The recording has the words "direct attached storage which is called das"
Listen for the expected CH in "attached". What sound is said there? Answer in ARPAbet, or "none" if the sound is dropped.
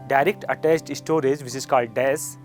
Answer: S